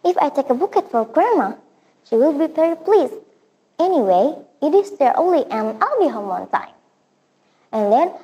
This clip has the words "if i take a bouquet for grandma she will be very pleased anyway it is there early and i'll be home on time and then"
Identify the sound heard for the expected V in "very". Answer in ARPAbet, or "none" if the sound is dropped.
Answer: P